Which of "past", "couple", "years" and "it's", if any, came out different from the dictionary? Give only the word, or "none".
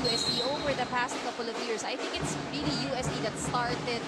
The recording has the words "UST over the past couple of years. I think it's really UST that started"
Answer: years